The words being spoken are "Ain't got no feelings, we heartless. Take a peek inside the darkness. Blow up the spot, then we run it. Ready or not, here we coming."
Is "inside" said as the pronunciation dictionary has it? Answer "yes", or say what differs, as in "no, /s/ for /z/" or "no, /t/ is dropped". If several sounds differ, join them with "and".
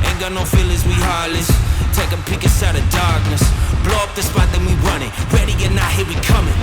no, /n/ is dropped